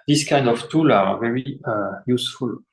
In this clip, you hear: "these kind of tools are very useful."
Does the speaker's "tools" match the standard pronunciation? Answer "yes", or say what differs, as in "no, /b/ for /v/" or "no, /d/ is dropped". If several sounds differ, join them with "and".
no, /z/ is dropped